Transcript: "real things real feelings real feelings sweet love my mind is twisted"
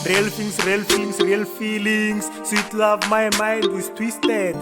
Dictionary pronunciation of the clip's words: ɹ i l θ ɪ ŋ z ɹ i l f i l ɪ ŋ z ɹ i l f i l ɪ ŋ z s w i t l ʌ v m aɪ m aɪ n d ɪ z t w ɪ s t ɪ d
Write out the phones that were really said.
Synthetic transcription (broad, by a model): ɹ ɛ l f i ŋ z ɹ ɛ l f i l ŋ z ɹ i l f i l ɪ ŋ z s w i t l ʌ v m aɪ m aɪ n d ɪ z t w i s t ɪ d